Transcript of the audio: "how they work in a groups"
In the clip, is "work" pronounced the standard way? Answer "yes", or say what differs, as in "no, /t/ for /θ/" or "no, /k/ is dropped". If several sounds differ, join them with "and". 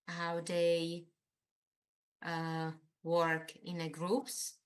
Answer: yes